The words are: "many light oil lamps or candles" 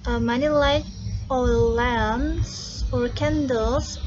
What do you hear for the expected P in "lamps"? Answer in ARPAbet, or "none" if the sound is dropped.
none